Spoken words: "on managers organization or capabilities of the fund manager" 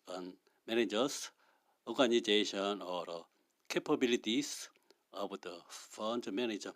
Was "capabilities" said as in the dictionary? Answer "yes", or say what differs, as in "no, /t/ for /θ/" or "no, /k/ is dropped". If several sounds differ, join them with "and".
no, /s/ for /z/